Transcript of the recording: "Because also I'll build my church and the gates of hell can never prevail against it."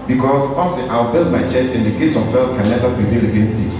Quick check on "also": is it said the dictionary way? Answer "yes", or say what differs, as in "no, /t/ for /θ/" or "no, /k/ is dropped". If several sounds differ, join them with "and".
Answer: no, /l/ is dropped